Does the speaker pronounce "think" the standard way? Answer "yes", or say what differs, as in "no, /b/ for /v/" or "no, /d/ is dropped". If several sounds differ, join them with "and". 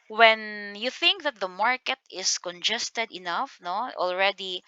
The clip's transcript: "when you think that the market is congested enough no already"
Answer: yes